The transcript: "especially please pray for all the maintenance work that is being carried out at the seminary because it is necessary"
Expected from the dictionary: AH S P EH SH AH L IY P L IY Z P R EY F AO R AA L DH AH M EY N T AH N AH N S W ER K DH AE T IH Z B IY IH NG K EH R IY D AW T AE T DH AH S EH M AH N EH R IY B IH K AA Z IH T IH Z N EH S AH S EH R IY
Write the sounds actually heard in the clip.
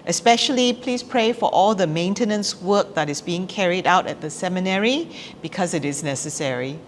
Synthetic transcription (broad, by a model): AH S P EH SH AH L IY P L IY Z P R EY F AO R AA L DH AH M EY N T AH N AH N S W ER K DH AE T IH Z B IY IH NG K EH R IY D AW T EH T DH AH S EH M AH N EH R IY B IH K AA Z IH T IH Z N EH S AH S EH R IY